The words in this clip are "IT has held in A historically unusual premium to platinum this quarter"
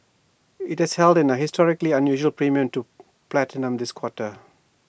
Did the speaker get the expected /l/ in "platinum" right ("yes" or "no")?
yes